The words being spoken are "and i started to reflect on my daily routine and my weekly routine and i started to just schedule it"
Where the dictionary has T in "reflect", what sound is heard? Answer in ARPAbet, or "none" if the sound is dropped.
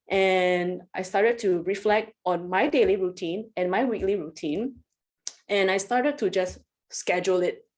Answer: T